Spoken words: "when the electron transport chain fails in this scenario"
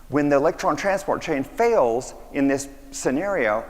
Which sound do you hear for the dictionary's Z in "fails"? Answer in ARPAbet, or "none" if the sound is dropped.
Z